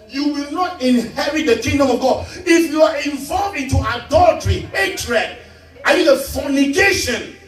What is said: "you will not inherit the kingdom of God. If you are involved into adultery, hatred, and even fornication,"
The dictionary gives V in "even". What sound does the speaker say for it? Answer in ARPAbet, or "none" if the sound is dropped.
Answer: none